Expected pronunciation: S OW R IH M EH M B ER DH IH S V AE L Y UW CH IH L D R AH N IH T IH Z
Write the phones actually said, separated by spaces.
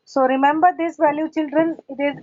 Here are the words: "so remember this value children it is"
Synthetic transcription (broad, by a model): S OW R IH M EH M B ER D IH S V AE L Y UW CH IH L D R AH N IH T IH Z